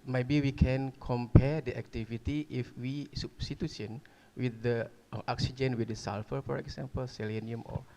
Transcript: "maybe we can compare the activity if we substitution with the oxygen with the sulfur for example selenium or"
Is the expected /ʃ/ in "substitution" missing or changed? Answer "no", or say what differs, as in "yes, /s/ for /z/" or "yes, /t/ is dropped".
yes, /s/ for /ʃ/